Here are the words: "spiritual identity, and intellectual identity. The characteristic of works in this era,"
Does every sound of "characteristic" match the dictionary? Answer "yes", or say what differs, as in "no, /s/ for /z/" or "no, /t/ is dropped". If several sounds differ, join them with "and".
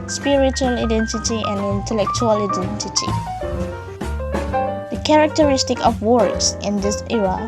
yes